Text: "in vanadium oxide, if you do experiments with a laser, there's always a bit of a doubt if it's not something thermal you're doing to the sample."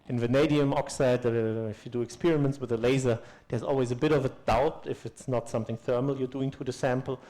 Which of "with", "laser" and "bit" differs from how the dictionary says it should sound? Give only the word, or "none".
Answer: none